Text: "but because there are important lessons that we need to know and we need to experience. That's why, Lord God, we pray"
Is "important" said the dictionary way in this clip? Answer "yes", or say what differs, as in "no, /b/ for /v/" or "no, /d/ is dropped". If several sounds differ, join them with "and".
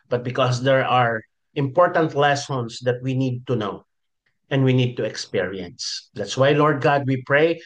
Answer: yes